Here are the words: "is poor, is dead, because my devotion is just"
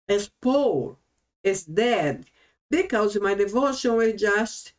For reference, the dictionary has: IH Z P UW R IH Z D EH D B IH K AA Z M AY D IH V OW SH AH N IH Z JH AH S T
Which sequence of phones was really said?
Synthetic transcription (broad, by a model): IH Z P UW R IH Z D EH D B IH K AA Z M AY D IH V OW SH AH N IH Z JH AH S T